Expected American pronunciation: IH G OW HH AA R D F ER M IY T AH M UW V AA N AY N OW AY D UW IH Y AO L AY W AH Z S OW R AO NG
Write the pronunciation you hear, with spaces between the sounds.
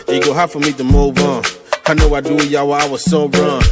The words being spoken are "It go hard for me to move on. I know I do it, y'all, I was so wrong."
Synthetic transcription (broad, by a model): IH G OW HH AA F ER M IY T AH M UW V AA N AY N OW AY D UW IH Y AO W AY W AH Z S OW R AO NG